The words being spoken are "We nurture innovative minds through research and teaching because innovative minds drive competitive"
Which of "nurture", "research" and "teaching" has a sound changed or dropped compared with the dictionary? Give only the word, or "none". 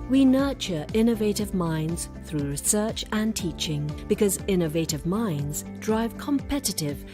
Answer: none